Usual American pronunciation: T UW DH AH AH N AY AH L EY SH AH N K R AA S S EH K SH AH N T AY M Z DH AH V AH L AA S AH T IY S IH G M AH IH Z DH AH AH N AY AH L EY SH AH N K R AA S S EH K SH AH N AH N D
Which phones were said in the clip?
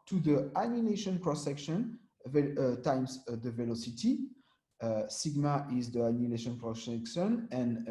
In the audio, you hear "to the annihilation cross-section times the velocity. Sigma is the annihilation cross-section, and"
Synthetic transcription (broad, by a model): T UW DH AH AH N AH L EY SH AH N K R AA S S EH K SH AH N T AY M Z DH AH V AH L AA S AH T IY S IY G M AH IH Z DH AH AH N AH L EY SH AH N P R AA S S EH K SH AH N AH N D